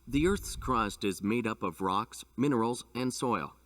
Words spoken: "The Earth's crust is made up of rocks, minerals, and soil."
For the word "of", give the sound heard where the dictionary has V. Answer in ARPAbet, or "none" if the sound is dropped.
V